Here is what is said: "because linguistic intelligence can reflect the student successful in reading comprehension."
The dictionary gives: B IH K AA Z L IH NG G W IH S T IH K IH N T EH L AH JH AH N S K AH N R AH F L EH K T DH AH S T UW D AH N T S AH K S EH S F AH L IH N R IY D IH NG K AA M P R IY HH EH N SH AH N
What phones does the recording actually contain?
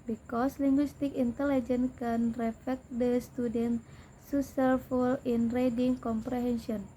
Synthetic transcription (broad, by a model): B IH K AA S L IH NG G W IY S T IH K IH N T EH L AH JH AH N K AH N R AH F EH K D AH S T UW D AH N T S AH S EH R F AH L IH N R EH D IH NG K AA M P R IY HH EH N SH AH N